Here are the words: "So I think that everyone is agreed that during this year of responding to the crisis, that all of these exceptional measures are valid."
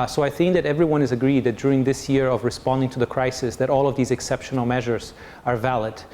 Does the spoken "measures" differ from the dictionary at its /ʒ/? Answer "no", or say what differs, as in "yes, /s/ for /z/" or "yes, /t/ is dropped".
no